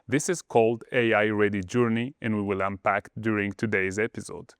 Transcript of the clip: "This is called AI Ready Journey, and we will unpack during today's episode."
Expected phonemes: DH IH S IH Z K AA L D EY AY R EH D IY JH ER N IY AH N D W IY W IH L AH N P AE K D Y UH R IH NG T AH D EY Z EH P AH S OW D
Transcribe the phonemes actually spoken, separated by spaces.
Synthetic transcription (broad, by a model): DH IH S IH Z K AA L D EY AY R EH D IY JH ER N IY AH N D W IY W IH L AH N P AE K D Y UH R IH NG T AH D EY Z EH P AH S OW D